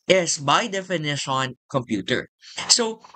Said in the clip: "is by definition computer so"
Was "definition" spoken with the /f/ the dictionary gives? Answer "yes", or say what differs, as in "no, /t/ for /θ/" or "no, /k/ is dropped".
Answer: yes